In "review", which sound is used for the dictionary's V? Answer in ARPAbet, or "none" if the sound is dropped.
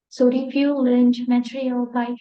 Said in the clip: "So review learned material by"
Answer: F